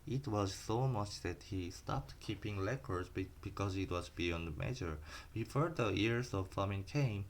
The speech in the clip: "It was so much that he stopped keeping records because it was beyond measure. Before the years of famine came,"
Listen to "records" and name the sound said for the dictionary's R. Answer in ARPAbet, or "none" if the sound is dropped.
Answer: L